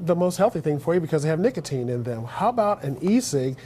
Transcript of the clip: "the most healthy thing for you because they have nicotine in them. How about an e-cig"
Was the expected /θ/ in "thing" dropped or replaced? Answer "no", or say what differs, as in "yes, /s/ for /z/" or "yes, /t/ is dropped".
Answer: no